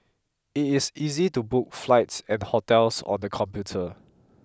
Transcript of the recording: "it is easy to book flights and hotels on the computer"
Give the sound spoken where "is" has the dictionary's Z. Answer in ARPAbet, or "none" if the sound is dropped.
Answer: S